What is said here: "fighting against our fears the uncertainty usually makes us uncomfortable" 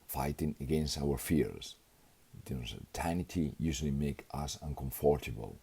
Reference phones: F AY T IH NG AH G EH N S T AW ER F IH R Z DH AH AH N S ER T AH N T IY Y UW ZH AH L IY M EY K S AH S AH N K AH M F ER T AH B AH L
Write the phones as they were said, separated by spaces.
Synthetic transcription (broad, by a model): F AY T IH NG AH G EH N S T AW ER F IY R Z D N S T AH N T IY Y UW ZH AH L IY M EY K AH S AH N K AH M F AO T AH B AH L